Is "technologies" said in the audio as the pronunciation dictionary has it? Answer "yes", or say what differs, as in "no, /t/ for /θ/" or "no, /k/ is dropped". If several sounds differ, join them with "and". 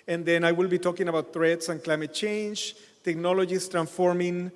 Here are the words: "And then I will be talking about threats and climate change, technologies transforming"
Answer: no, /s/ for /z/